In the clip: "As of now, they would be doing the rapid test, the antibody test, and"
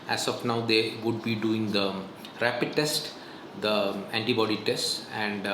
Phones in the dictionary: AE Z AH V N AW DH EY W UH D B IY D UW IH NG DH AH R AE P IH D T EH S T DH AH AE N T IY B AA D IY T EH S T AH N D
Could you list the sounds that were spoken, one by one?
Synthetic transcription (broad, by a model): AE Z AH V N AW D EY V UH D B IY D UW IH NG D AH R AE P IH D T EH S T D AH AE N T IY B AA D IY T EH S T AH N D